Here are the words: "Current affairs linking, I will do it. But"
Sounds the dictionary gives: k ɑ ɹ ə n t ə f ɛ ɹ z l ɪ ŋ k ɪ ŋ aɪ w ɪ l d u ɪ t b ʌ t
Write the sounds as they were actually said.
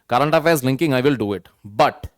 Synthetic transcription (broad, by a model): k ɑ ɹ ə n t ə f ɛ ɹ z l ɪ ŋ k ɪ ŋ aɪ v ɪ l d u ɪ t b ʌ t